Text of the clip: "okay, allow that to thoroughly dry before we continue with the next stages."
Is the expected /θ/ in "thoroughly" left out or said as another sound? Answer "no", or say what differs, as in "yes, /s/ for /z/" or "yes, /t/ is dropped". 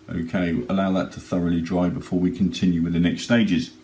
no